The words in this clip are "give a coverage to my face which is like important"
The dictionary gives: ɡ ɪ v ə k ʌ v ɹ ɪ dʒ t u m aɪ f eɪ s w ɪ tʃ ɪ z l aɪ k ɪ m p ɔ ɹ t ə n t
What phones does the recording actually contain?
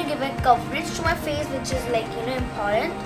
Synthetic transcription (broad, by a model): ɡ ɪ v ə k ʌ p ɹ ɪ tʃ t u m aɪ f eɪ s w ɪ tʃ ɪ z l aɪ k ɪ m p ɔ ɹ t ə n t